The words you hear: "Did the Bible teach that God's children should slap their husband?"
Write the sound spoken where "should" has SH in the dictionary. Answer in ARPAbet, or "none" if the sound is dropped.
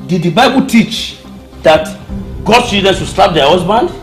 S